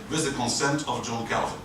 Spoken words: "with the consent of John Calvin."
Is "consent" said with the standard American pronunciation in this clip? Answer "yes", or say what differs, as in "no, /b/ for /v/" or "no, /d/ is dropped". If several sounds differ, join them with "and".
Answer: yes